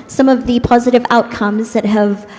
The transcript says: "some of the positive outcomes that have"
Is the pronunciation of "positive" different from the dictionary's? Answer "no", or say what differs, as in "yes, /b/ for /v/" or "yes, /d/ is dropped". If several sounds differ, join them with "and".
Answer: no